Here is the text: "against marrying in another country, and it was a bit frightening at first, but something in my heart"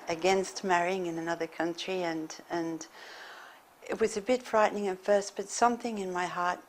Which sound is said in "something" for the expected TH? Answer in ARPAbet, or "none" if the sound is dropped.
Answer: TH